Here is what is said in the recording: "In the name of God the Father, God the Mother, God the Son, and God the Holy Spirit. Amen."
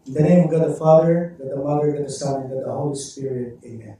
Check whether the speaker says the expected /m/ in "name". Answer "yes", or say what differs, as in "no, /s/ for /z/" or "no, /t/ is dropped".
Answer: no, /m/ is dropped